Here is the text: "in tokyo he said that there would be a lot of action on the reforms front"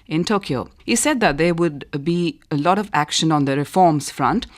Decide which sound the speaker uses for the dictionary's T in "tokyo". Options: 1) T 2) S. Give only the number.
1